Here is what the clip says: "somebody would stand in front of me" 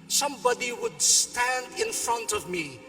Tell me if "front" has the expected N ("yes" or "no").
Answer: yes